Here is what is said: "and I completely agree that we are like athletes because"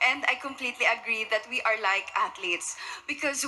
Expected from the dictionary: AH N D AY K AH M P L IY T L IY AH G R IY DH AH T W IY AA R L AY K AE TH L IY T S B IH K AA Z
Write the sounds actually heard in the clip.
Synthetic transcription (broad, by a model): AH N D AY K AH M P L IY T L IY AH G R IY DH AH T W IY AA R L AY K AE T L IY T S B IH K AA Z